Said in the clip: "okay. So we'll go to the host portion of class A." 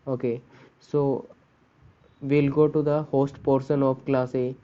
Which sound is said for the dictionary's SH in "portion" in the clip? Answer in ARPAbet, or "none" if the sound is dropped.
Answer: S